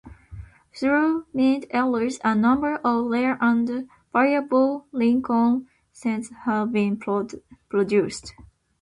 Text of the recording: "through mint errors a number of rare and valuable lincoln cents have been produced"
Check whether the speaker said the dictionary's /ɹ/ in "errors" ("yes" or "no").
no